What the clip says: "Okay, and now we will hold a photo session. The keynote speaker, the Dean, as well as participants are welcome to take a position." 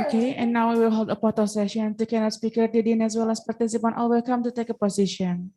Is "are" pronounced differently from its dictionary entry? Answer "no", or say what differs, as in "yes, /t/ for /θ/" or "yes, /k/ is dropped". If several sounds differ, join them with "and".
yes, /l/ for /ɹ/